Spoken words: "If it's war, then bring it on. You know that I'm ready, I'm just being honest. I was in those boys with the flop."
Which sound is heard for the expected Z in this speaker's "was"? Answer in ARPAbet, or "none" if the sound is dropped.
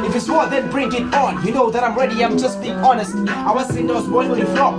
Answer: S